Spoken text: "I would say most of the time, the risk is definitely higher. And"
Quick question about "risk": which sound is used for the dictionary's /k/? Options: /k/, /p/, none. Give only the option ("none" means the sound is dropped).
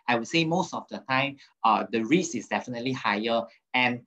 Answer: none